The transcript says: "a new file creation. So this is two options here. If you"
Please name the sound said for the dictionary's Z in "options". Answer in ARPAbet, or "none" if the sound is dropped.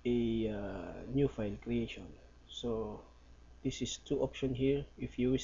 none